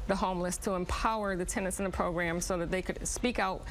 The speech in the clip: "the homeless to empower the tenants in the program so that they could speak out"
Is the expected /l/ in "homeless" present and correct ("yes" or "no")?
yes